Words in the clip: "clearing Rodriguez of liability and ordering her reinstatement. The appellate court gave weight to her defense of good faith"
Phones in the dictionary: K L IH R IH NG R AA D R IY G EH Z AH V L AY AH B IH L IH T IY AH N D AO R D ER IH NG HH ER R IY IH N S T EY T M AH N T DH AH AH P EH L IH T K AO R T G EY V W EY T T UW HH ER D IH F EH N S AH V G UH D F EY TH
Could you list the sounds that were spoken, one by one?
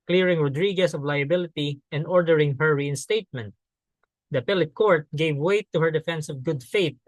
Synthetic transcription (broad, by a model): K L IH R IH NG R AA D R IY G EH S AH V L AY AH B IH L IH T IY AH N D AO R D ER IH NG HH ER R IY IH N S T EY T M AH N T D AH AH P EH L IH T K AO R T G EY V W EY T T UW HH ER D IH F EH N S AH V G UH D F EY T